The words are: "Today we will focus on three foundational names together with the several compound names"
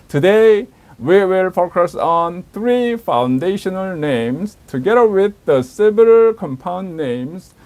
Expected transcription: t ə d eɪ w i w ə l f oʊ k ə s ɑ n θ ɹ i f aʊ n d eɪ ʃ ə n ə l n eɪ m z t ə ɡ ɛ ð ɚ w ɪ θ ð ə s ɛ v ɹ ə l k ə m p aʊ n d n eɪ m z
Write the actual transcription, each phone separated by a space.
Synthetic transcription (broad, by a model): t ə d eɪ w i w ə l f oʊ k ə s ɑ n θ ɹ i f aʊ n d eɪ ʃ ə n ə l n eɪ m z t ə ɡ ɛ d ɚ w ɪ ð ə s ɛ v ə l k ə m p aʊ n d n eɪ m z